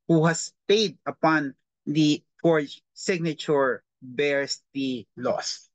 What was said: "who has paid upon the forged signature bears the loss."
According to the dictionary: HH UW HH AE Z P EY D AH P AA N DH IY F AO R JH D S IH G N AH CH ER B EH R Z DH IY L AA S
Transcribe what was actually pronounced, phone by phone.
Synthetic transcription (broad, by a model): HH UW HH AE S P EY D AH P AA N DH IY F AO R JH S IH G N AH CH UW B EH R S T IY L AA S